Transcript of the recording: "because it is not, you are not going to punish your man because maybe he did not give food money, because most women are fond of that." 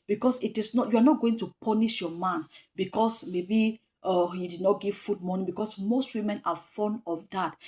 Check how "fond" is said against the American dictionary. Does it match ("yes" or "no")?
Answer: no